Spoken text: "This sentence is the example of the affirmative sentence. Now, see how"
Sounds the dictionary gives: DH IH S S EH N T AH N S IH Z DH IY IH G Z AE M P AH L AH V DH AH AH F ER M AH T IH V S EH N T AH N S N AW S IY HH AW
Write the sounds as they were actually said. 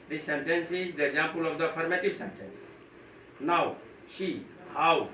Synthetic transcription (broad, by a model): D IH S S EH N T AH N S IH Z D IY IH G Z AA M P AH L AH V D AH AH P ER M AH T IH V S EH N T AH N S N AW SH IY HH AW